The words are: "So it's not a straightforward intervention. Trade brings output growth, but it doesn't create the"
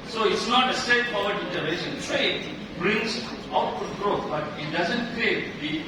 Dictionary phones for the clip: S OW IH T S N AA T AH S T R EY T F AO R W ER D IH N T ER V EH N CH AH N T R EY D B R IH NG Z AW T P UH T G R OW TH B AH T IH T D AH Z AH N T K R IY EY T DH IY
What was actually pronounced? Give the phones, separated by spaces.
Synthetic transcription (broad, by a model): S OW IH T S N AA T AH S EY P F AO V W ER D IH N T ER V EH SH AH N T R EY D B R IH NG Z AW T UW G R OW T B AH T IH T D AH Z AH N T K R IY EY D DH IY